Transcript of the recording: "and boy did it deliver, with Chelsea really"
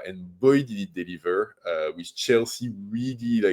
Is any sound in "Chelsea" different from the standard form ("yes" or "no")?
no